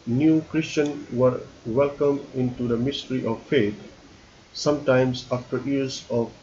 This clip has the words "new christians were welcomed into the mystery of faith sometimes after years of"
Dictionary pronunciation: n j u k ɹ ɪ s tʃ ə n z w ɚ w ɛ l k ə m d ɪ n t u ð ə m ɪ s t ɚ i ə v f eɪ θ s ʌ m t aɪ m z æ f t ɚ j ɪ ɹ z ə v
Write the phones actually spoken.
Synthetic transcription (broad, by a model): n j u k ɹ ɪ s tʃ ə n w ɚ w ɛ l k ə m ɪ n t u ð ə m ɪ s t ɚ i ə v f eɪ t s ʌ m t aɪ m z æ f t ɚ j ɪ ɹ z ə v